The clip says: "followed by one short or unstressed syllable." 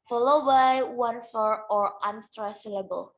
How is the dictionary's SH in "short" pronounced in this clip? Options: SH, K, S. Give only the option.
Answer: S